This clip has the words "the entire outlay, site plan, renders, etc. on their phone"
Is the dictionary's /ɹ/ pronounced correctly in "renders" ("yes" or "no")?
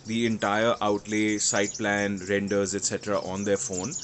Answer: yes